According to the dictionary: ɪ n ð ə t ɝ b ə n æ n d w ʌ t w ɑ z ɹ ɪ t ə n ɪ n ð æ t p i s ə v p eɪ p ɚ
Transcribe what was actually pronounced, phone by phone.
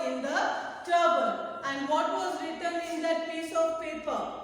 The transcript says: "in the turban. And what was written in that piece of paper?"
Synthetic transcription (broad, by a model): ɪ n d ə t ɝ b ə l æ n d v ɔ t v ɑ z ɹ ɪ t ə n ɪ n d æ t p i s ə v p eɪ p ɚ